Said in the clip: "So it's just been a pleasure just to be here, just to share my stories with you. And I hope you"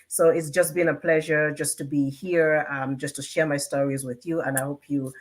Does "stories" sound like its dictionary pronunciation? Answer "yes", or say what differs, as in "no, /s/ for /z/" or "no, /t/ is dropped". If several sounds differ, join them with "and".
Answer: yes